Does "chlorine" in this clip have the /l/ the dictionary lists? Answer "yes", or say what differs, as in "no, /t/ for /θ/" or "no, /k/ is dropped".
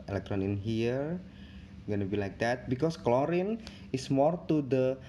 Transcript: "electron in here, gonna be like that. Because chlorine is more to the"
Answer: yes